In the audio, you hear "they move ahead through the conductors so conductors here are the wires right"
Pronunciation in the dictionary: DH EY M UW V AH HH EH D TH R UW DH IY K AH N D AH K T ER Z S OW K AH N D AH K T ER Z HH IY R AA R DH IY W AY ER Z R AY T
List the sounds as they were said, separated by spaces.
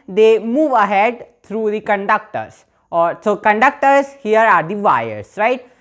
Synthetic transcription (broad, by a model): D EY M UW V AH HH EH D T R UW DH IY K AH N D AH K T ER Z S OW K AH N D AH K T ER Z HH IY R AA R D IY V AY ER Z R AY T